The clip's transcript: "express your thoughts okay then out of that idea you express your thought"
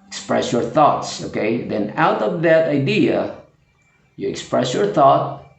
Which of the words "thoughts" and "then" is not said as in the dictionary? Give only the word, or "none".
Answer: none